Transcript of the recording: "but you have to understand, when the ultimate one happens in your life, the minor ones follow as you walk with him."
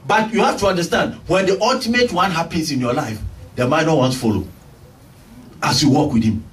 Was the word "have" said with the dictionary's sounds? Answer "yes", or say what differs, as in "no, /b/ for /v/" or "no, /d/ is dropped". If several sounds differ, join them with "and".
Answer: no, /f/ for /v/